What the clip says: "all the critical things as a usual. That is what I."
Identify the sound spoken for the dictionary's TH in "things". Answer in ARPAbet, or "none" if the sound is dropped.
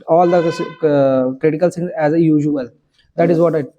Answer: S